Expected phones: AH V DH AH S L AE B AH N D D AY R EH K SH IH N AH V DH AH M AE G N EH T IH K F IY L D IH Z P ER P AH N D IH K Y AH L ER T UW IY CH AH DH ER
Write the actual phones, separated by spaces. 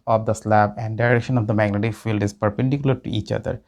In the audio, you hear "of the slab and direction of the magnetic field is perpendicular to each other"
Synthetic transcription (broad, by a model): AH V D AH S L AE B AH N D D AY R EH K SH IH N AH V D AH M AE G N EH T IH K F IY L D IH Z P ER P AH N D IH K Y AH L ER T UW IY CH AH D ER